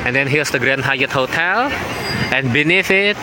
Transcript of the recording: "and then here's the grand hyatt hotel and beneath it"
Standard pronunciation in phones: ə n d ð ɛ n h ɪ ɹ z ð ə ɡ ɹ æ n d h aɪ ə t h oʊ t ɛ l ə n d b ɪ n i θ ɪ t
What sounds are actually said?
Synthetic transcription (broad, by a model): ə n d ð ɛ n h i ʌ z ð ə ɡ ɹ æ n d h aɪ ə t h oʊ t ɛ l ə n b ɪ n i f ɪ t